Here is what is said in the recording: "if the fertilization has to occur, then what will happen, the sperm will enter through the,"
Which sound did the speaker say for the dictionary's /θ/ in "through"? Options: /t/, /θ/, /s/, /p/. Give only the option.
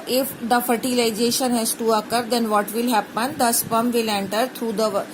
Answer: /t/